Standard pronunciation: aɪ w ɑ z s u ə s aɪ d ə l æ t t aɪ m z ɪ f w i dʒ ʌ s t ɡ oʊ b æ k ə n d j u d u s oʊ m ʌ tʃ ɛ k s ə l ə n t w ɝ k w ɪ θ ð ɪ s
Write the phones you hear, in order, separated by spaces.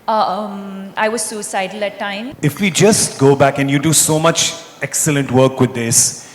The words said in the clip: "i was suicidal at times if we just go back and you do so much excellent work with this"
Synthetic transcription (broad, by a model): aɪ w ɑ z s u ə s aɪ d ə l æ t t aɪ m ɪ f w i dʒ ʌ s t ɡ oʊ b æ k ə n j u d u s oʊ m ʌ tʃ ɛ k s ə l ə n t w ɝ k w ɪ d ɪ s